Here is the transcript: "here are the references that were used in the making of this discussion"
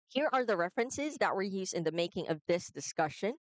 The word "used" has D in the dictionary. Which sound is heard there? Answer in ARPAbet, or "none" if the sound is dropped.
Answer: none